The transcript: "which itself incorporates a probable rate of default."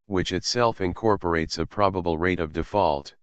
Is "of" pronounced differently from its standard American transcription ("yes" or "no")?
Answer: no